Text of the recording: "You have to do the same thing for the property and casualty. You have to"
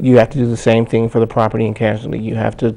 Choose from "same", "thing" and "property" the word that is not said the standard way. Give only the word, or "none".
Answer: none